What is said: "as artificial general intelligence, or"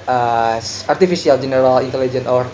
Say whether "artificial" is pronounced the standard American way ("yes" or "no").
no